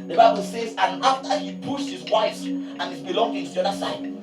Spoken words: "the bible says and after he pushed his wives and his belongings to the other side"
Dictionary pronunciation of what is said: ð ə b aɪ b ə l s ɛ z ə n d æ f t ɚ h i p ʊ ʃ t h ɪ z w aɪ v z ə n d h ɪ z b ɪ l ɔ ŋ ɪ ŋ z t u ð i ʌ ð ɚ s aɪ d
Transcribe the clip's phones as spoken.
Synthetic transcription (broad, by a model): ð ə b aɪ b ə l s ɛ z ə n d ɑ f t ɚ h i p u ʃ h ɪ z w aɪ z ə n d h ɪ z b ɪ l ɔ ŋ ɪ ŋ t u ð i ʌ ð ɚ s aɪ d